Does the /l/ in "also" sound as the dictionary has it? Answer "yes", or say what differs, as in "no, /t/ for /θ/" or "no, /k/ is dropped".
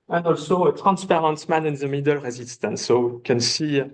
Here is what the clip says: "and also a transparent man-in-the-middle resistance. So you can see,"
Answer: yes